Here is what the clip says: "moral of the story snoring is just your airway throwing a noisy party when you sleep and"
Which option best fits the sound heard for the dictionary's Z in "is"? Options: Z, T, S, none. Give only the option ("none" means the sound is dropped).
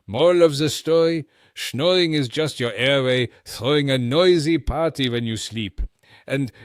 Z